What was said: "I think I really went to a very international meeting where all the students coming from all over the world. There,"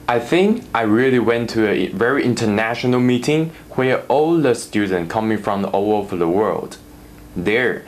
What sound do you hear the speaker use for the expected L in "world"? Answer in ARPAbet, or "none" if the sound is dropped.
L